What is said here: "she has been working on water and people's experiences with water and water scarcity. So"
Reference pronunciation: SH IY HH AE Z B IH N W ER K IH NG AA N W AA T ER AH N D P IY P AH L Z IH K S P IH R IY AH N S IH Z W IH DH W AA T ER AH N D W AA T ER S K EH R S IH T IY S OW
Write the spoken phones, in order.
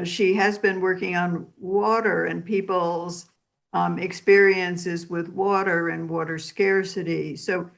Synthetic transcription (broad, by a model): SH IY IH Z B IH N W ER K IH NG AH N W AA T ER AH N P IY P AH L Z IH K S P IH R IY AH N S IH Z W IH DH W AA T ER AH N W AA T ER S K EH R S IH T IY S OW